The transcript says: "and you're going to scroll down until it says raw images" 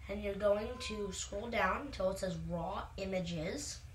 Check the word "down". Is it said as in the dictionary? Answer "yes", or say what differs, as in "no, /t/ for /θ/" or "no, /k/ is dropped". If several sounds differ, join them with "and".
no, /n/ is dropped